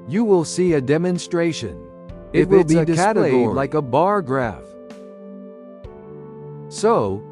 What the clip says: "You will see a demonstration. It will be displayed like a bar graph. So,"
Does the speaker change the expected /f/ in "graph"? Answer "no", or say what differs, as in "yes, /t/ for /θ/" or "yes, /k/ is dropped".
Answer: no